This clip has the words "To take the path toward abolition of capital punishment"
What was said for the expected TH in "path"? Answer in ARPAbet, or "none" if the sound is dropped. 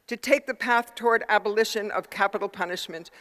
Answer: TH